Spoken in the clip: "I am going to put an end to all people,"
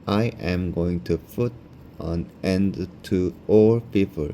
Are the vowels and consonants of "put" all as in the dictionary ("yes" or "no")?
no